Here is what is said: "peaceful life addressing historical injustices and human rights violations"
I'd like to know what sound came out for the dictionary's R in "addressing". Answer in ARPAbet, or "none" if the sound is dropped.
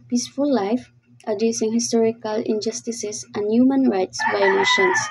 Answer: none